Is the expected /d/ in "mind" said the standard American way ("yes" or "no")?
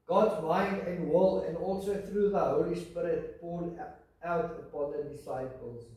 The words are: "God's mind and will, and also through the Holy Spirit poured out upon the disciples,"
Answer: yes